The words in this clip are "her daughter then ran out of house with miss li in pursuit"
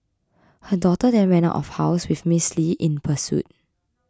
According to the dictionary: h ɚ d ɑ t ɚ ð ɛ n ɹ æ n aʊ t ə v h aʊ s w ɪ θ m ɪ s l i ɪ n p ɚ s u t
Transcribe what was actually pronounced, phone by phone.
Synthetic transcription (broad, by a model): h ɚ d ɑ t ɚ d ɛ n w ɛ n aʊ t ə f h aʊ s w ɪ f m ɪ s l i ɪ n p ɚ s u t